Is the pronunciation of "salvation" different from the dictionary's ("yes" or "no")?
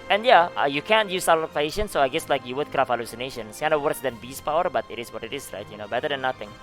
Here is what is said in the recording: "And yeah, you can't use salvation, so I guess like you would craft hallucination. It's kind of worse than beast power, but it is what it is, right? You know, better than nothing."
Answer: yes